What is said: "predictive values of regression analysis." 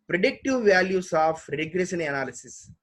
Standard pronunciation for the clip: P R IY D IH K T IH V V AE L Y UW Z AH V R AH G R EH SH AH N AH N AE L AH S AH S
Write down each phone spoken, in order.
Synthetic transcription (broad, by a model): P R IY D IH K T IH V V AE L Y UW S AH F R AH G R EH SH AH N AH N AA L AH S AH S